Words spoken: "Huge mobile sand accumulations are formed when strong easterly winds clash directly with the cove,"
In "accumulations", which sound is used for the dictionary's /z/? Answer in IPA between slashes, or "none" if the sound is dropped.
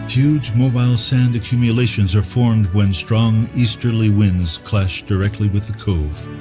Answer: /z/